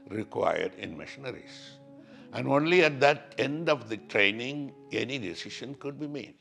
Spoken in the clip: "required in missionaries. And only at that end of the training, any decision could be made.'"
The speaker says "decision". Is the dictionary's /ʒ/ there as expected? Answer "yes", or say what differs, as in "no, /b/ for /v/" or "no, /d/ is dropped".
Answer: no, /ʃ/ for /ʒ/